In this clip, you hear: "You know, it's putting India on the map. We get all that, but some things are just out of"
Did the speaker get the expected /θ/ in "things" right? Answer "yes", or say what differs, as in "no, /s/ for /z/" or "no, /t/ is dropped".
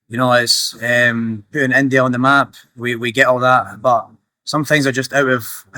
yes